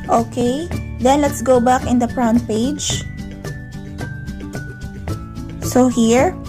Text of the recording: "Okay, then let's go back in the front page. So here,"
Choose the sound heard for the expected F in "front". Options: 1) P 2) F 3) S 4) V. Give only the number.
1